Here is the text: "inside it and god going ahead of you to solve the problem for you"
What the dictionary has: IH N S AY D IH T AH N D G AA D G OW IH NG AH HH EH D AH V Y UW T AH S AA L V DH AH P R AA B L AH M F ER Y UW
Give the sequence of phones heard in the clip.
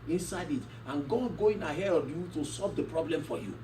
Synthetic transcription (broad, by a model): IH N S AY D IH T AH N G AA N G OW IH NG AH HH EH D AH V Y UW T AH S AA L V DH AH P R AA B L AH M F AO Y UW